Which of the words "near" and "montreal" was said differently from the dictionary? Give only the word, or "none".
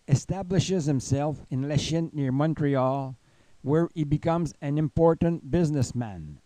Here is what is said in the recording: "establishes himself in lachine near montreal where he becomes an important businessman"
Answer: none